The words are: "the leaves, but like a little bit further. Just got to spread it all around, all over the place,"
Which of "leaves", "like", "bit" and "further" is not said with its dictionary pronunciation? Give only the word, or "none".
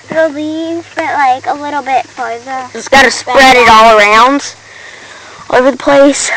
further